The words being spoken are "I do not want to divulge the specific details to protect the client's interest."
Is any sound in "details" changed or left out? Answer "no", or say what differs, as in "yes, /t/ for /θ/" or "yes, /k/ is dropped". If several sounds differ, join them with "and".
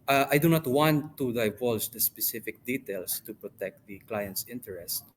yes, /s/ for /z/